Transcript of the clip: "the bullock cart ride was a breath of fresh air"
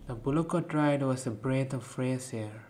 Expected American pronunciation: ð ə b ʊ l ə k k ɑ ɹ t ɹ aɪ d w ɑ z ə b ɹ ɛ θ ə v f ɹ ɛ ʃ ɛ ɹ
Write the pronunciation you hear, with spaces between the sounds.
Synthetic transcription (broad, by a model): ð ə b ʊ l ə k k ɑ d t ɹ aɪ d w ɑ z ə b ɹ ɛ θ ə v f ɹ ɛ s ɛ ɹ